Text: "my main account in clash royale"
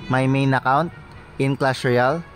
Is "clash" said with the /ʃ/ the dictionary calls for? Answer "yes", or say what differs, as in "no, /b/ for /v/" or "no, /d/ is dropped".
no, /s/ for /ʃ/